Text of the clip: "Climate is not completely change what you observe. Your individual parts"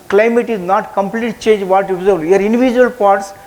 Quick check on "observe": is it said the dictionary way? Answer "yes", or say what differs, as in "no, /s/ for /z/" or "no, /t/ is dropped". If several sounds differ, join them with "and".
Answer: no, /b/ is dropped